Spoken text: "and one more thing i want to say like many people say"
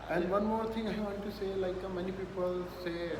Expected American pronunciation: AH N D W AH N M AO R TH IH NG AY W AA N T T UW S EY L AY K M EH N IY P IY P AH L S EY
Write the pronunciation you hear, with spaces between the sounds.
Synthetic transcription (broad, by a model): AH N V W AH N M AO R T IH NG AY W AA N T T UW S EY L AY K M EH N IY P IY P AH L S EY